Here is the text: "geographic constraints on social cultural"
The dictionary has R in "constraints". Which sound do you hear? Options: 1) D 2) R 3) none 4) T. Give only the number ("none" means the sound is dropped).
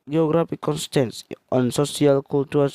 3